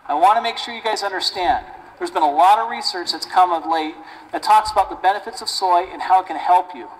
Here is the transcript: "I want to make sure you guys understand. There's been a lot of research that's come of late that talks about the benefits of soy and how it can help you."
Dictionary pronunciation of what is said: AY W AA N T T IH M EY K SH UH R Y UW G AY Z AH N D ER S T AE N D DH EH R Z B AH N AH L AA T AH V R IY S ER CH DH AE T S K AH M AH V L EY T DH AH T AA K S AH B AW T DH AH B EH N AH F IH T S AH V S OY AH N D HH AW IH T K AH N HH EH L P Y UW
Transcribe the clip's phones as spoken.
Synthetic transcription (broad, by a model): AY W AA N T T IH M EY K SH UH R Y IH G AY Z AH N D ER S T AE N D DH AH R Z B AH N AH L AA T AH V R IY S ER CH DH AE T S K AH M AH V L EY T DH AH T AA K S AH B AW T DH AH B EH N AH F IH T S AH V S OY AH N HH AW IH T K AH N HH EH L P Y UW